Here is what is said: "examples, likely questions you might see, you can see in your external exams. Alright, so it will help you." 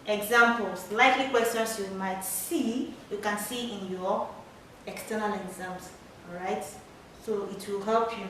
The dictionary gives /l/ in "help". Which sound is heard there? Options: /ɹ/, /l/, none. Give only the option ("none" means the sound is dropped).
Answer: /l/